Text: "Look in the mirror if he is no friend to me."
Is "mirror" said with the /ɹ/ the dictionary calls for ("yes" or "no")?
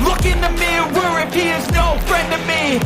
no